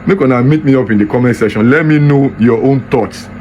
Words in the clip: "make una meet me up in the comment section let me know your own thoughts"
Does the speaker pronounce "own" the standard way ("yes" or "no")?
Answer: yes